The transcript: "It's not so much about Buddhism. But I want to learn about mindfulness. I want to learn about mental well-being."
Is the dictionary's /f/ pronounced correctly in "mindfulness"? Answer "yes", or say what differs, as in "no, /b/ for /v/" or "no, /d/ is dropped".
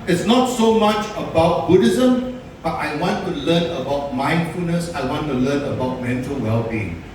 yes